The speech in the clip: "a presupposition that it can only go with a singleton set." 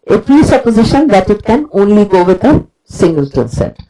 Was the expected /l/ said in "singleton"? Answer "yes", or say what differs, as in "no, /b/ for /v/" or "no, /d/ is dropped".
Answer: yes